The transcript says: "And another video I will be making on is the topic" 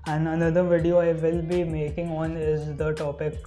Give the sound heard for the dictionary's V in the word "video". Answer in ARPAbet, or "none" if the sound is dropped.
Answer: V